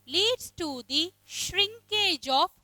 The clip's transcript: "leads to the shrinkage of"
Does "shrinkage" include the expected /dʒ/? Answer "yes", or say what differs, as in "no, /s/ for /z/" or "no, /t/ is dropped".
yes